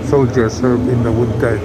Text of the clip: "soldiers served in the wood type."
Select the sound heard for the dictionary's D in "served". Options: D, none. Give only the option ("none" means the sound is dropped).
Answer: none